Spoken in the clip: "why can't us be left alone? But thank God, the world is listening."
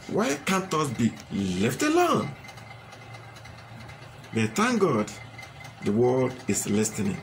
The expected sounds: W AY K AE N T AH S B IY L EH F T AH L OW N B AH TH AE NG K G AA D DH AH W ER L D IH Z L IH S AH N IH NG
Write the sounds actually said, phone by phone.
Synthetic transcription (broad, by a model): W AY K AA N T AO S B IY L EH F T AH L OW N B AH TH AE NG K G AA D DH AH W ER L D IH S L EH S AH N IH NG